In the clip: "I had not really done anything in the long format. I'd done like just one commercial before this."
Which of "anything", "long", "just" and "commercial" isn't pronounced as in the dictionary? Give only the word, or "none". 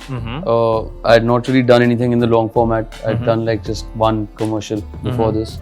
anything